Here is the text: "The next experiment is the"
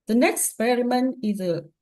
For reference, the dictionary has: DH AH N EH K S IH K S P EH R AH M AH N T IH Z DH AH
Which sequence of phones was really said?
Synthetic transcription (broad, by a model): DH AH N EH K K S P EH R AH M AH N IH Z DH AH